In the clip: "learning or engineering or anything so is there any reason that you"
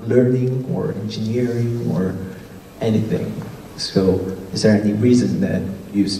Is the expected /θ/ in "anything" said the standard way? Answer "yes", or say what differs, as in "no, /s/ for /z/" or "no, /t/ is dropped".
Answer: yes